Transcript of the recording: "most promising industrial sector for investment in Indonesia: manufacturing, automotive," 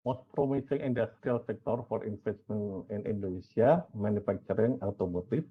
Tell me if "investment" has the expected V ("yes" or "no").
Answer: no